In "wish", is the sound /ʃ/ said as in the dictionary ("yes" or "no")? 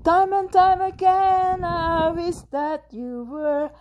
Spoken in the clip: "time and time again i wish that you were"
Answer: no